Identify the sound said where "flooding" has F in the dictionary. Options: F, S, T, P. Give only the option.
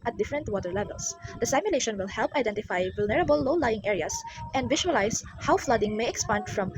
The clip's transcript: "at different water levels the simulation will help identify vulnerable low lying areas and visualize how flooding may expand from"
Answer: F